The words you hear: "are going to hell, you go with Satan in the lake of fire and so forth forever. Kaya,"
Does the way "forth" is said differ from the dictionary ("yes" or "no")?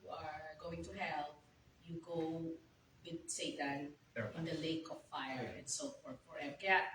yes